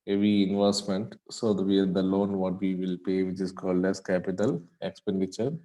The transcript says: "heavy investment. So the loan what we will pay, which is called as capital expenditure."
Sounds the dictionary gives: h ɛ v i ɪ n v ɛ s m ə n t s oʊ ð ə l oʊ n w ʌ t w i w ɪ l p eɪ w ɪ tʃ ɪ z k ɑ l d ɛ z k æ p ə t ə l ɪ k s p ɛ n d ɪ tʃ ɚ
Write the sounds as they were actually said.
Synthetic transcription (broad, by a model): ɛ v i ɪ n v ɛ s m ə n t s oʊ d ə l oʊ n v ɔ t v i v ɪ l p eɪ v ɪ tʃ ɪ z k ɑ l d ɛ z k æ p ə t ə l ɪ k s p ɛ n d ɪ tʃ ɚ